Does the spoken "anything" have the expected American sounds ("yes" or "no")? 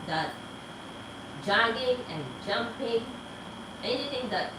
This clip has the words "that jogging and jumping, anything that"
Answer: no